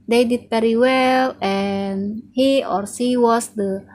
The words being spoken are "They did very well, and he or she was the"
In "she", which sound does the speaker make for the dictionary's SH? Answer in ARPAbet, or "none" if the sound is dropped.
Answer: S